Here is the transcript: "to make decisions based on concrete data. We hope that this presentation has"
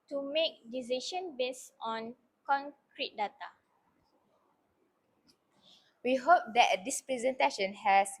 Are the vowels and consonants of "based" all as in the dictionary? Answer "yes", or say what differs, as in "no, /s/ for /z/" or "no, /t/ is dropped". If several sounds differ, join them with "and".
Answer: no, /t/ is dropped